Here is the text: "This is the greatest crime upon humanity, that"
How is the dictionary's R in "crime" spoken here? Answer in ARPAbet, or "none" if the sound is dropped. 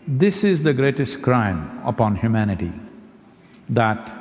R